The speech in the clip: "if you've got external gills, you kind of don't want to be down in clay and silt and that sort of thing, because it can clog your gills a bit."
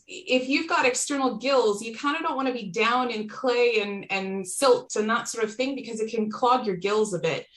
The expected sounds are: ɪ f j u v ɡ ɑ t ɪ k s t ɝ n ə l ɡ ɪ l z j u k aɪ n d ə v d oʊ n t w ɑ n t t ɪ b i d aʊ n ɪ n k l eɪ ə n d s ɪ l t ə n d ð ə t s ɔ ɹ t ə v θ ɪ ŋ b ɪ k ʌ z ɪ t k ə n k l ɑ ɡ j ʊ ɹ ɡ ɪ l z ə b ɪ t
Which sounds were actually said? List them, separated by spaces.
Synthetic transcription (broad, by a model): ɪ f j u v ɡ ɑ t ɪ k s t ɝ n l ɡ ɪ l z j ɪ k aɪ n d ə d oʊ n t w ɑ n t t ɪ b i d aʊ n ɪ n k l eɪ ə n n s ɪ l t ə n ð ə t s ɔ ɹ t ə v θ ɪ ŋ b ɪ k ʌ z ɪ t k ə n k l ɑ ɡ j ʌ ɹ ɡ ɪ l z ə b ɪ t